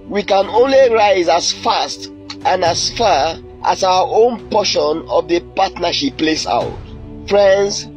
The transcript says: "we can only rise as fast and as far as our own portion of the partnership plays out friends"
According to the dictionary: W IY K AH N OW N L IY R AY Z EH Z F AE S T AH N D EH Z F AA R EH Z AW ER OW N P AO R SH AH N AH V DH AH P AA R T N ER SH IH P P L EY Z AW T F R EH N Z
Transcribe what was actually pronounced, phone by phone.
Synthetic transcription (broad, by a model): W IY K AH N OW N L IY R AY Z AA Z F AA S T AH N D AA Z F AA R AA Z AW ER OW N P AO SH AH N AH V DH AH P AA T N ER SH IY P P L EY S AW T F R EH N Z